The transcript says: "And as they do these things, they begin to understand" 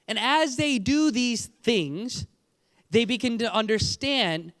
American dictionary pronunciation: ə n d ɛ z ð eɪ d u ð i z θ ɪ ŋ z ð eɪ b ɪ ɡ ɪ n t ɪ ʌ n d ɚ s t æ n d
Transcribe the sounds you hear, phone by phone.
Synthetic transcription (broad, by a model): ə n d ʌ z ð eɪ d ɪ ð i z θ ɪ ŋ z ð eɪ b ɪ ɡ ɪ n t ɪ ʌ n d ɚ s t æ n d